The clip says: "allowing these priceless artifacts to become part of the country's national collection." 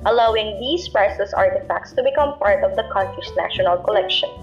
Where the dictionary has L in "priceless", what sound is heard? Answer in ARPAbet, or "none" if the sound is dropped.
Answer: none